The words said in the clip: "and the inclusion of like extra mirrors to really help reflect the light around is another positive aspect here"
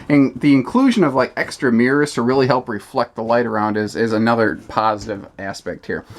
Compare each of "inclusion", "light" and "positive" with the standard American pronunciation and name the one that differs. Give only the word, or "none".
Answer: none